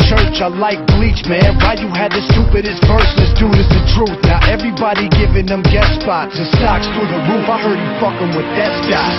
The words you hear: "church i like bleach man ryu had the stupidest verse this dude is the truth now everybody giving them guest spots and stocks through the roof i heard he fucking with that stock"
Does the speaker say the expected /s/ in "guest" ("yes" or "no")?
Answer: no